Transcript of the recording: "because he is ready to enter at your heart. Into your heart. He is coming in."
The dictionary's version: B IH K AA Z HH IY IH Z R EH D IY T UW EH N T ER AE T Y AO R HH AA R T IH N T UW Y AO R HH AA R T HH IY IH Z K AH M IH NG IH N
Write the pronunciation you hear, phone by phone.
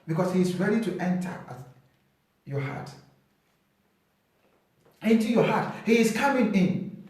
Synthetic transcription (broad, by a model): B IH K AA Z HH IY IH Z R EH D IY T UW EH N T ER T Y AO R HH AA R T IH N T UW Y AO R HH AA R T HH IY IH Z K AH M IH NG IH N